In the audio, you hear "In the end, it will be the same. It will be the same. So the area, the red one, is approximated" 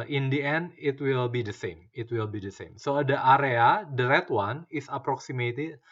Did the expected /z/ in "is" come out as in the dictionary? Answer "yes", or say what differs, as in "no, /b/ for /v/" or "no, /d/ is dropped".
no, /s/ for /z/